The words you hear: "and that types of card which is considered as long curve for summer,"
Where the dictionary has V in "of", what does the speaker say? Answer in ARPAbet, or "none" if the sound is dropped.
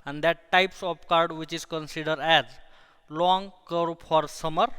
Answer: P